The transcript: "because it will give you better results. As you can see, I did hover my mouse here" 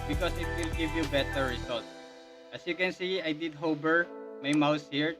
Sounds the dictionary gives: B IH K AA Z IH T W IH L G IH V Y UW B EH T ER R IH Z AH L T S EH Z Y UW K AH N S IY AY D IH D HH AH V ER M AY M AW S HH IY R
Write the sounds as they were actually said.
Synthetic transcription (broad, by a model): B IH K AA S IH T W IH L G IH V Y UW B EH T ER R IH S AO L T S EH S Y UW K AH N S IY AY D IH D HH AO B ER M AY M AW S HH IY R